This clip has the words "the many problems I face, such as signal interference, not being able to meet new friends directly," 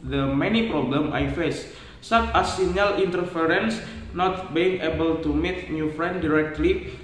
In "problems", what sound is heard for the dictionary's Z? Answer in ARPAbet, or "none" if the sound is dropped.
none